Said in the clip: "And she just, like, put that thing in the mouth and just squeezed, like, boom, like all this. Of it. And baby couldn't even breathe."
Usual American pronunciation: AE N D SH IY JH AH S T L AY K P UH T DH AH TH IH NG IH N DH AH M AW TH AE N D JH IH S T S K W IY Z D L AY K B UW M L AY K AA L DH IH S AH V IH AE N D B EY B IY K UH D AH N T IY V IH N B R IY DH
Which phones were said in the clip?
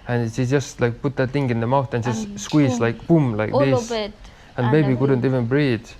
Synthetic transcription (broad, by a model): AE N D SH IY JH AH S T L AY K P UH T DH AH T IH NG IH N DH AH M AW TH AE N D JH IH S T S K W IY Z L AY K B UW M L AY K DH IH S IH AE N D B EY B IY K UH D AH N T IY V IH N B R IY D